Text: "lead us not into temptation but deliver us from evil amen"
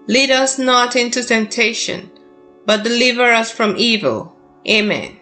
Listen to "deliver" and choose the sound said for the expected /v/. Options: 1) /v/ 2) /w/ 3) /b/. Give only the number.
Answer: 1